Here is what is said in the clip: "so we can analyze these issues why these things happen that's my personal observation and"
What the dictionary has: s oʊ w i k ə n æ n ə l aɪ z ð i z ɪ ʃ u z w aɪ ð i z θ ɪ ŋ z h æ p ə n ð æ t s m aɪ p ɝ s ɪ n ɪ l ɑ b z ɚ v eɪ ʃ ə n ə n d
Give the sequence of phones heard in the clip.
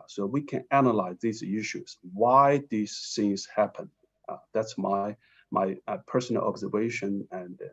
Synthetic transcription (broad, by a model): s oʊ w i k ə n æ n ə l aɪ z ð i z ɪ ʃ u z w aɪ ð i z s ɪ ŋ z h æ p ə n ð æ t s m aɪ p ɝ s n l ɑ b z ɚ v eɪ ʃ ə n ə n